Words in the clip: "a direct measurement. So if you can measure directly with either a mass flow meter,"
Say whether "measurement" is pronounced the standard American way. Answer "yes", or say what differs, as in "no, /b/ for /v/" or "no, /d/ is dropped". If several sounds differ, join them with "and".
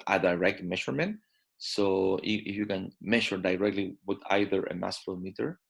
no, /ʃ/ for /ʒ/